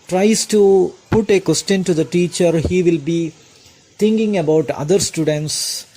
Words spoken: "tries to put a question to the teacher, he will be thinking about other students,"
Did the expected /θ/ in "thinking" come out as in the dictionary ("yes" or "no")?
no